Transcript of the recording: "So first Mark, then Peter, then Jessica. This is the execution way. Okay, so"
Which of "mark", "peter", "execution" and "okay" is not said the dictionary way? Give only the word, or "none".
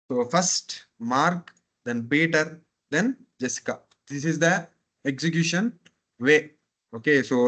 peter